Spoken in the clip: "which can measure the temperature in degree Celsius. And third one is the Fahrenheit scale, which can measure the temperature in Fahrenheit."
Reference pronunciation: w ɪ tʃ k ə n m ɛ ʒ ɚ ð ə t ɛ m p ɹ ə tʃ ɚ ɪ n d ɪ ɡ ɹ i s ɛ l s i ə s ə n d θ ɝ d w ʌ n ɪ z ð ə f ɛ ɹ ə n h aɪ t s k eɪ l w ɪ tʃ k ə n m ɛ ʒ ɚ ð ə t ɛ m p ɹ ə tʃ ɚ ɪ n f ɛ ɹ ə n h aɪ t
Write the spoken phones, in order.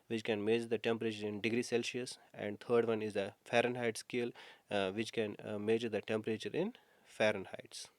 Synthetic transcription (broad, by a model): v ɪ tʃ k ə n m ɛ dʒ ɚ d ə t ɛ m p ɹ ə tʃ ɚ ɪ n d ɪ ɡ ɹ i s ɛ l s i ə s ə n d t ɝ d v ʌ n ɪ z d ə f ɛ ɹ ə n h aɪ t s k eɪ l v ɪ tʃ k ə n m ɛ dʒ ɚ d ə t ɛ m p ɹ ə tʃ ɚ ɪ n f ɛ ɹ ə n h aɪ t